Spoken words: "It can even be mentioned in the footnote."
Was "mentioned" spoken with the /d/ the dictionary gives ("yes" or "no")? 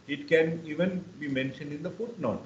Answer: yes